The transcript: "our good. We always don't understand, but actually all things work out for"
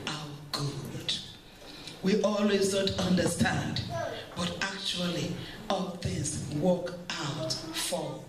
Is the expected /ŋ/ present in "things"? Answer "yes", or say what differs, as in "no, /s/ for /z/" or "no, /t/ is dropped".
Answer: no, /ŋ/ is dropped